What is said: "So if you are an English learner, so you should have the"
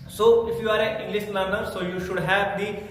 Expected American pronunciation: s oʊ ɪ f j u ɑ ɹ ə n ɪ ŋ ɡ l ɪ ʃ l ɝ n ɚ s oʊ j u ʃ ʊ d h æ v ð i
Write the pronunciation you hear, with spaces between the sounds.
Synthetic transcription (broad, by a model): s oʊ ɪ f j u ɑ ɹ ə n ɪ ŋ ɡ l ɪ s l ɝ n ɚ s oʊ j u ʃ ʊ d h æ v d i